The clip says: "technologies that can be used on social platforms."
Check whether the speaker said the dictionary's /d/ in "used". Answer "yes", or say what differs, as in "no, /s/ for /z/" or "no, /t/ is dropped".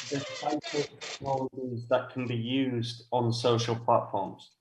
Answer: yes